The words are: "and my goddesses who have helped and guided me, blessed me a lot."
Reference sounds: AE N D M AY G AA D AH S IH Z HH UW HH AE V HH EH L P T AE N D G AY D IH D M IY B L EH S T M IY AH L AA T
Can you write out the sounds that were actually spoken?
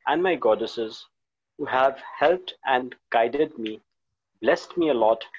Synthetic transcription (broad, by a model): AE N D M AY G AA D AH S IH Z HH UW HH AE V HH EH L P T AE N D G AY D IH D M IY B L EH S T M IY AH L AA T